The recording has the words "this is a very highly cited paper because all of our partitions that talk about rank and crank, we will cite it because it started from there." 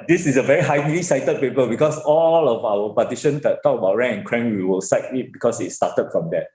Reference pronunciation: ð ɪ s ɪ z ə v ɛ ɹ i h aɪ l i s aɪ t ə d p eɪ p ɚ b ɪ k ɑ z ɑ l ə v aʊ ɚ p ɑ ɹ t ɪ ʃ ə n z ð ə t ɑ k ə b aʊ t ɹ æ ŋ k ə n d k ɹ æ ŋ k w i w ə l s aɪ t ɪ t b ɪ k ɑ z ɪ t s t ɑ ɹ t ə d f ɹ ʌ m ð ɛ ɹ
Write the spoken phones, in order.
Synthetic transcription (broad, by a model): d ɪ s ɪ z ə v ɛ ɹ i h aɪ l i s aɪ t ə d p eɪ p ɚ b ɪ k ɑ s ɑ l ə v aʊ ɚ p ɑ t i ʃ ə n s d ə t ɑ k ə b aʊ t ɹ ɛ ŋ ə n k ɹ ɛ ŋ w i w ə l s aɪ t ɪ t b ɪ k ɑ s ɪ t s t ɑ t ə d f ɹ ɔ m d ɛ